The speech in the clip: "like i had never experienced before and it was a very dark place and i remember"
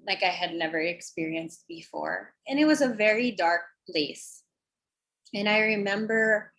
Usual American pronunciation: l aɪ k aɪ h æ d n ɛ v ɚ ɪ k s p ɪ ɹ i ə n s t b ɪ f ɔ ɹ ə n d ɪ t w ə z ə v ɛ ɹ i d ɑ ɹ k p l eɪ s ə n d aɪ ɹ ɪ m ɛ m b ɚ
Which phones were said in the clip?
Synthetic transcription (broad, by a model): l aɪ k aɪ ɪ d n ɛ v ɚ ɪ k s p ɪ ɹ i ə n s t b ɪ f ɔ ɹ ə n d ɪ t w ə z ə v ɛ ɹ i d ɑ ɹ k p l eɪ s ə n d aɪ ɹ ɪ m ɛ m b ɚ